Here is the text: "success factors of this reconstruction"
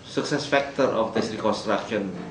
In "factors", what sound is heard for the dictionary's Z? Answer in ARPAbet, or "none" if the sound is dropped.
none